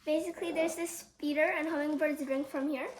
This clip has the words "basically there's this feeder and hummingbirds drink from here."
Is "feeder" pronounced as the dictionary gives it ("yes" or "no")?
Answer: no